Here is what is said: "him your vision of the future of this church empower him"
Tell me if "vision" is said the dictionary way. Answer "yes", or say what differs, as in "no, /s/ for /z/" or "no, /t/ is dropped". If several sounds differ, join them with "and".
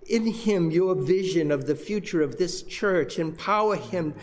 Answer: yes